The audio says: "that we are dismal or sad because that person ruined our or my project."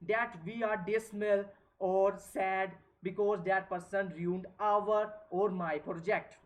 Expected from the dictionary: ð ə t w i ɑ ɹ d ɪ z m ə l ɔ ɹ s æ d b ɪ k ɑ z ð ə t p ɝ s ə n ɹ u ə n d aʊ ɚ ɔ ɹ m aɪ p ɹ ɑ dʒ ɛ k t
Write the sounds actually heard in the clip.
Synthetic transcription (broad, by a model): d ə t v i ɑ ɹ d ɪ s m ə l ɔ ɹ s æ d b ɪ k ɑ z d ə t p ɝ s ə n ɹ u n d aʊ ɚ ɔ ɹ m aɪ p ɹ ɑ dʒ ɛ k t